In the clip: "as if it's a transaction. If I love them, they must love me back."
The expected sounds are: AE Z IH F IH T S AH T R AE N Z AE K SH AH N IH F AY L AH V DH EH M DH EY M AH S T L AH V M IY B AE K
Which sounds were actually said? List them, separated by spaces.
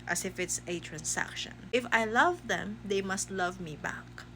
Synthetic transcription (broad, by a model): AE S IH F IH T S AH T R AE N S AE K SH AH N IH F AY L AH V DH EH M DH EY M AH S T L AH V M IY B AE K